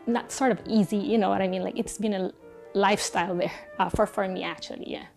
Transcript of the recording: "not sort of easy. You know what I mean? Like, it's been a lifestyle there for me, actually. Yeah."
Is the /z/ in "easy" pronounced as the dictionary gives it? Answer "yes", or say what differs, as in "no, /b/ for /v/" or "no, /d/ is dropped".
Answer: yes